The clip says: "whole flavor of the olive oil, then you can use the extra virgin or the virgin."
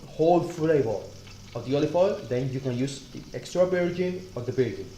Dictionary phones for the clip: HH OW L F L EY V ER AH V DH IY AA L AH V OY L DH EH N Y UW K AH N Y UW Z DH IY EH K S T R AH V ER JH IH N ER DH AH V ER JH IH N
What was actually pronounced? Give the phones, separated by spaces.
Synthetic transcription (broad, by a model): HH OW L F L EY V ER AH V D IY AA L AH F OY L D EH N Y UW K AH N Y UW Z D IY EH K S T R AH B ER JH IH N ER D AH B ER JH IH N